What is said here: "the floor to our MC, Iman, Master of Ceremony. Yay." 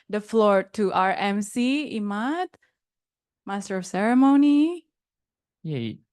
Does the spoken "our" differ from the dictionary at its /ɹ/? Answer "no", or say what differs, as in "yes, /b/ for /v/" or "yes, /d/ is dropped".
no